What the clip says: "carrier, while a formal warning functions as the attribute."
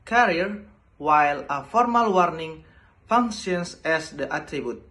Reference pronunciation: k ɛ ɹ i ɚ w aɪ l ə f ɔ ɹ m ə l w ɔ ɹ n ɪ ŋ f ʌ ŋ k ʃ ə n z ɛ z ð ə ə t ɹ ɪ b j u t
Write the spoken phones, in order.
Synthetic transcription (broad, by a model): k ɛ ɹ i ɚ w aɪ l ə f ɔ ɹ m ə l w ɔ ɹ n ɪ ŋ f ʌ ŋ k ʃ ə n s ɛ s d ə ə t ɹ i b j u t